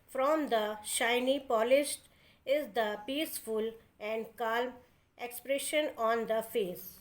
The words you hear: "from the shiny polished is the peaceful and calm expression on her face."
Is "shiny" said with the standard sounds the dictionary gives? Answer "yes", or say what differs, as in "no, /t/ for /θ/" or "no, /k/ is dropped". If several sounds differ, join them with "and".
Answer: yes